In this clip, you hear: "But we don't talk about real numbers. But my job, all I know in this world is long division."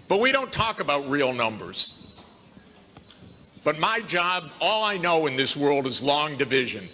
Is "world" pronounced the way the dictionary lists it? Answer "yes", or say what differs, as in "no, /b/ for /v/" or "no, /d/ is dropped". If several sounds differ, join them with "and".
yes